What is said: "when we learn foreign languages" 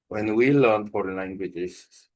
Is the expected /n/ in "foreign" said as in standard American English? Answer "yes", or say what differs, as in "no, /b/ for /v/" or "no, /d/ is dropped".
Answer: no, /l/ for /n/